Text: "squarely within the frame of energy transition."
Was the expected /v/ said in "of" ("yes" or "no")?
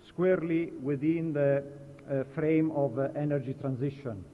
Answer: yes